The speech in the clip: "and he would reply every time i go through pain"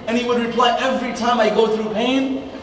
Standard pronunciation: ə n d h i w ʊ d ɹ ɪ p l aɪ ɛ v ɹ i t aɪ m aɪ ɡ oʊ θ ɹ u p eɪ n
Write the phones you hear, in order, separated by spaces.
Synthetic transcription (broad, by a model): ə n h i w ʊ d ɹ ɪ p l aɪ ɛ v ɹ i t aɪ m aɪ ɡ oʊ θ ɹ u p eɪ n